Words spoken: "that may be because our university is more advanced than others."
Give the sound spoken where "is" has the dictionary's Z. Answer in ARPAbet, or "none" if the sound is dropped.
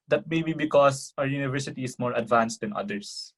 S